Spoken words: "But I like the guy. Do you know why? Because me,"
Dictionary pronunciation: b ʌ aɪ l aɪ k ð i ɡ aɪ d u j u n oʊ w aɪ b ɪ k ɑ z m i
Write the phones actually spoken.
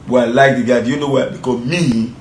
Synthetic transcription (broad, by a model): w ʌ aɪ l aɪ k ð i ɡ aɪ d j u n oʊ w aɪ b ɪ k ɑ m i